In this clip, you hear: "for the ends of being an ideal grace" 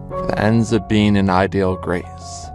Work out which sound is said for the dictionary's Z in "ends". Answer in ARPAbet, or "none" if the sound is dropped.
Z